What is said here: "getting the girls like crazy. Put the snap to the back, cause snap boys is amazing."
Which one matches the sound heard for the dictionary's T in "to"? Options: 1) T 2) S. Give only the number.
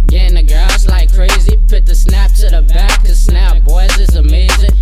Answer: 2